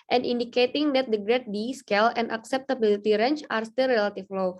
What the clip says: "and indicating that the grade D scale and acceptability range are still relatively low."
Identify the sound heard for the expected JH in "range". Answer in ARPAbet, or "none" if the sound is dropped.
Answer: CH